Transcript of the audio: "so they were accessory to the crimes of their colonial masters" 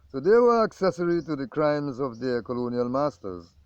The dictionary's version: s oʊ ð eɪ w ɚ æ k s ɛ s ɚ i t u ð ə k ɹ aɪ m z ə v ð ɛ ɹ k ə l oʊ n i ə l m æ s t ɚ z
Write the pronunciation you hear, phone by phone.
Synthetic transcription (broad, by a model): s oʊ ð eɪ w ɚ æ k s ɛ s ɚ i t u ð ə k ɹ aɪ m z ə v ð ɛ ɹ k ə l oʊ n i ə l m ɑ s t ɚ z